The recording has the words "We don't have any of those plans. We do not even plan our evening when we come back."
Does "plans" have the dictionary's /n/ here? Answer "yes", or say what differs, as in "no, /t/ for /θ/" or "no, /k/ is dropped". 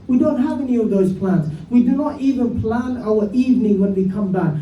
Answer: yes